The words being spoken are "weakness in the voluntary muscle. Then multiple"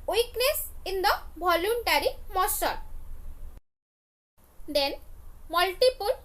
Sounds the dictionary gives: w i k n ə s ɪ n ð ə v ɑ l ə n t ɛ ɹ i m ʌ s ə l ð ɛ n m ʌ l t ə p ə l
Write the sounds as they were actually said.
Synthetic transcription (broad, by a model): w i k n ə s ɪ n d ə b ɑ l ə n t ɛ ɹ i m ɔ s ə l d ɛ n m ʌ l t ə p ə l